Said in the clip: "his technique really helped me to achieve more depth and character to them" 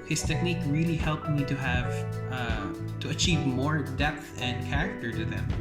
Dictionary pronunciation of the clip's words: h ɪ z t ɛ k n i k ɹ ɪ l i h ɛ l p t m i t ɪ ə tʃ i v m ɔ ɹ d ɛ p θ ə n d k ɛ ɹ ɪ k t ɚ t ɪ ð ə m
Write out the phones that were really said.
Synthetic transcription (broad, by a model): h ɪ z t ɛ k n i k ɹ ɪ l i h ɛ l p t m i t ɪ ə tʃ i v m ɔ ɹ d ɛ p θ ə n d k ɛ ɹ ɪ k t ɚ t ɪ ð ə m